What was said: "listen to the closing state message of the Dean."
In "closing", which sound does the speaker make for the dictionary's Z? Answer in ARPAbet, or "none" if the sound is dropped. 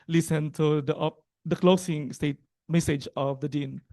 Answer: S